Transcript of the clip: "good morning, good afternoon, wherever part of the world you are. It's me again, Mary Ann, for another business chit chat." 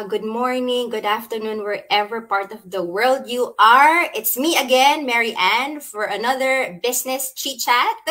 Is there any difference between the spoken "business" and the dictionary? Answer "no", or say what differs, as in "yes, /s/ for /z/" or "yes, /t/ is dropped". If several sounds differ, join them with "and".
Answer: yes, /s/ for /z/